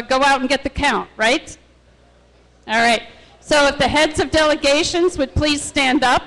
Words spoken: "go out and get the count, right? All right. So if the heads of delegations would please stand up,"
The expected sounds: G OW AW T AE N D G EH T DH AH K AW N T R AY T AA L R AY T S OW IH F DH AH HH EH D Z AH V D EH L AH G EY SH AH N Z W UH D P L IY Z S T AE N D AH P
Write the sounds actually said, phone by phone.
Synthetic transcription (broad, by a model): G OW AW T N G EH T DH AH K AW N T R AY T AA L R AY T S OW IH F DH AH HH EH D Z AH V D EH L AH G EY SH AH N Z W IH D P L IY Z S T AE N D AH P